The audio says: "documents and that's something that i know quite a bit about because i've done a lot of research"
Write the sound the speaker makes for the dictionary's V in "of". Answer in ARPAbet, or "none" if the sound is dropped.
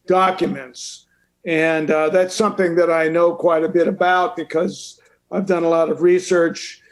V